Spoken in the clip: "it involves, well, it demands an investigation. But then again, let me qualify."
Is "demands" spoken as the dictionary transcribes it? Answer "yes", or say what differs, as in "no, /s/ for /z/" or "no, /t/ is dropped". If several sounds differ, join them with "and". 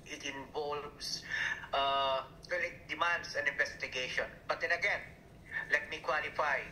no, /s/ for /z/